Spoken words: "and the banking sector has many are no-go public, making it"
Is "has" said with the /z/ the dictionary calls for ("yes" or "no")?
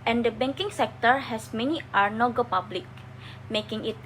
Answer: no